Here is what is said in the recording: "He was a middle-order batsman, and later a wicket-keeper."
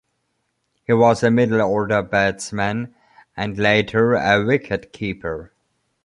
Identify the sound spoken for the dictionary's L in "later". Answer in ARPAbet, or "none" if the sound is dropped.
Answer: L